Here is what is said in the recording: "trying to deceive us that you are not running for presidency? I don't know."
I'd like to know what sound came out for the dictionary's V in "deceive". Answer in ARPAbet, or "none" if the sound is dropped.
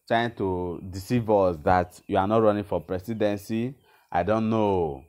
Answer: V